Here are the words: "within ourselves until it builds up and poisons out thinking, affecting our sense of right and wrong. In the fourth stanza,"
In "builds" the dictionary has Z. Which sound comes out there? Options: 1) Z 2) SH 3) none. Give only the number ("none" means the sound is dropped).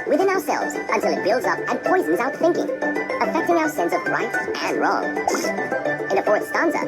1